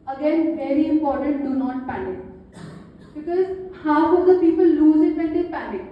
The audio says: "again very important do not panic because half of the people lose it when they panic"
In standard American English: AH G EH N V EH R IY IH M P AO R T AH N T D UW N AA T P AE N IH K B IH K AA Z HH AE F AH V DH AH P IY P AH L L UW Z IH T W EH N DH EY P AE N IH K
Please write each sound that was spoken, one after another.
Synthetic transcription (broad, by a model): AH G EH N V EH R IY IH M P AO R T AH N T D UW N AA T P AE N IH K B IH K AA Z HH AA AH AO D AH P IY P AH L L UW Z IH T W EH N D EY P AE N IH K